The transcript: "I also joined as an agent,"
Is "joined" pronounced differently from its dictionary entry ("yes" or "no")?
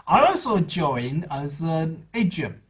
yes